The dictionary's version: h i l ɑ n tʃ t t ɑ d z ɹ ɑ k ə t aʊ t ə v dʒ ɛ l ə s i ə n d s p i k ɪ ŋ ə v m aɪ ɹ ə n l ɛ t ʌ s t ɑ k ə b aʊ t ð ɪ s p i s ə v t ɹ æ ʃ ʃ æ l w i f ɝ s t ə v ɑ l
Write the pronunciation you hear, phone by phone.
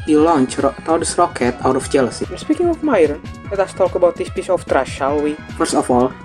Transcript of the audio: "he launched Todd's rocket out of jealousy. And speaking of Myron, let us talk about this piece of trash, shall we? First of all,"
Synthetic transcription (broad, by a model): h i l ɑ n tʃ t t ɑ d s ɹ ɑ k ə t aʊ t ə f dʒ ɛ l ə s i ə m s p i k ɪ ŋ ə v m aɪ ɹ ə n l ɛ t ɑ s t ɑ k ə b aʊ t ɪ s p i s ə f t ɹ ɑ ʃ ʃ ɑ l w i f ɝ s ə f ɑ l